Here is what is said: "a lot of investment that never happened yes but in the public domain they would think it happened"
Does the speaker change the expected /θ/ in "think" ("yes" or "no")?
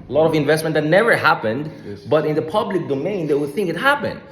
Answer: no